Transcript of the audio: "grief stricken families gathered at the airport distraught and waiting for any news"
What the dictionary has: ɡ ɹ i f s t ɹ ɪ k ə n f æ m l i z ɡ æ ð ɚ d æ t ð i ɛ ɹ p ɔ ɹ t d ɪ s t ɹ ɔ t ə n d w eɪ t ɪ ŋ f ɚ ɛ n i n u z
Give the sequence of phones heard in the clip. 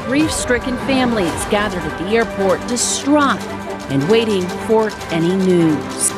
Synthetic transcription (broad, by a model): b ɹ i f s t ɹ ɪ k ə n f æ m l i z ɡ æ ð ɚ d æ t ð i ɛ ɹ p ɔ ɹ t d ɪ s t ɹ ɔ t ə n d w eɪ t ɪ ŋ f ɚ ɛ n i n u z